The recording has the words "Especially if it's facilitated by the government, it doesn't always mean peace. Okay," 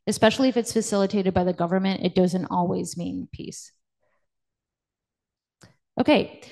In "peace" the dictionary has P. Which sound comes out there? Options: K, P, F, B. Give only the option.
P